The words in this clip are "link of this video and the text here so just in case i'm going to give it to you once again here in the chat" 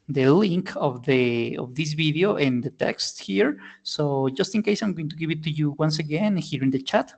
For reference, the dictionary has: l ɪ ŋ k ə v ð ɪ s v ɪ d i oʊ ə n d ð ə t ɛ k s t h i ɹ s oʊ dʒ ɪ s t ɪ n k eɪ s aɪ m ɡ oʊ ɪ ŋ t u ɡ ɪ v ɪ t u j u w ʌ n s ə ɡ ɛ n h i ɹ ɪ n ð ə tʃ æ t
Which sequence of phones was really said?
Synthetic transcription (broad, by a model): l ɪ ŋ k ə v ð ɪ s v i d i oʊ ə n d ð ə t ɛ k s t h i ɹ s oʊ dʒ ɪ s t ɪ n k eɪ s aɪ m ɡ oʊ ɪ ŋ t u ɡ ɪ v ɪ t u j u w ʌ n s ə ɡ ɛ n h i ɹ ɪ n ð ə tʃ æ t